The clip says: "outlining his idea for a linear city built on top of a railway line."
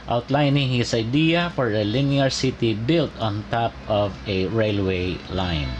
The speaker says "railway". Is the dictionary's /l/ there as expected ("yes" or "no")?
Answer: yes